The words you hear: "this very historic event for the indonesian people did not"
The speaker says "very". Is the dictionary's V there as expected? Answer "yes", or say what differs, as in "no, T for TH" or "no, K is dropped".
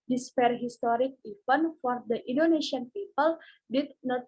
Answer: no, P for V